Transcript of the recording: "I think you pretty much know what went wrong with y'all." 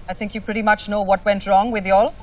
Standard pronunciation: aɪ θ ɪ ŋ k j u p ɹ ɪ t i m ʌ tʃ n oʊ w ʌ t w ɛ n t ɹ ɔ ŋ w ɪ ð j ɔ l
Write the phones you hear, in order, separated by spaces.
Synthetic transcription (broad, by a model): aɪ θ ɪ ŋ k j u p ɹ ɪ t i m ʌ tʃ n oʊ w ʌ t w ɛ n t ɹ ɔ ŋ w ɪ ð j ɔ l